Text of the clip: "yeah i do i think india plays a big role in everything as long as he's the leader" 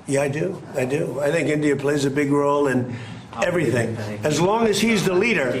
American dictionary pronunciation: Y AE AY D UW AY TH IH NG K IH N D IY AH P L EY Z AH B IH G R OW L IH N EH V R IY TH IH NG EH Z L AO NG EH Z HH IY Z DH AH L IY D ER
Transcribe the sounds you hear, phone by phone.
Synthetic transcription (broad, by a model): Y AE AY D UW AY TH IH NG K IH N D IY AH P L EY Z AH B IH G R OW L IH N EH V R IY TH IH NG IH Z L AO NG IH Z HH IY Z DH AH L IY D ER